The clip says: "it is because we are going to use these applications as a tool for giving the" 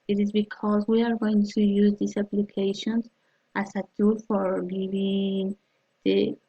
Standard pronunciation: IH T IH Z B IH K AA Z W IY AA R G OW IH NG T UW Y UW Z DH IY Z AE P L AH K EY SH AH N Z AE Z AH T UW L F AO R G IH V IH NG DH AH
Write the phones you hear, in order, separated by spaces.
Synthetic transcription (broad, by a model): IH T IH Z B IH K AA Z W IY AA R G OW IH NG T UW Y UW Z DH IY S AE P L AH K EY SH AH N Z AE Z AH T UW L F AO R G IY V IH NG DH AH